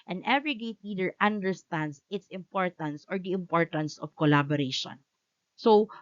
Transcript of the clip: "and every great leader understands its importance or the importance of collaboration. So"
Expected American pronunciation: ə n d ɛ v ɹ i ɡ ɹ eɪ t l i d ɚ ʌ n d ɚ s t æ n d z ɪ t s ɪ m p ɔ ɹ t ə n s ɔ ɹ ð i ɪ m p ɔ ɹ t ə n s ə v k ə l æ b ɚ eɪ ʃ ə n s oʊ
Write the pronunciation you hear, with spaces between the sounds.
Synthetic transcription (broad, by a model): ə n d ɛ v ɹ i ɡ eɪ t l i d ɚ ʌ n d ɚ s t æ n d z ɪ t s ɪ m p ɔ ɹ t ə n s ɔ ɹ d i ɪ m p ɔ ɹ t ə n s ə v k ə l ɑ b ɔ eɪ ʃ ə n s oʊ